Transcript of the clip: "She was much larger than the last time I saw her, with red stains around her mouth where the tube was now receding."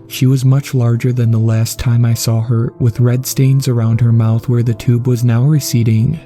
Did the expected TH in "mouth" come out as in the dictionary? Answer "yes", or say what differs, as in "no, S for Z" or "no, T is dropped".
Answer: yes